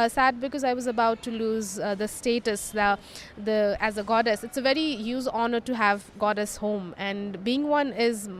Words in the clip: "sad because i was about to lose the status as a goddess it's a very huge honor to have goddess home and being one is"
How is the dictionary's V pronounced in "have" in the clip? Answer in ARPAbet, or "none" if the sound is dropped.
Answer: V